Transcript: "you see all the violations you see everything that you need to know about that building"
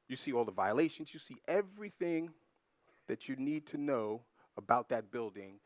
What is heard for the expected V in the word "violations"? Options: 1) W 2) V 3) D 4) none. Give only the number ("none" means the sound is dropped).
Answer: 2